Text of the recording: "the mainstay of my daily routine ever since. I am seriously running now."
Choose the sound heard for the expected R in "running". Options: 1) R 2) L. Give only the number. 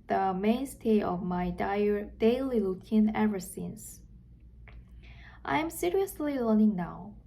2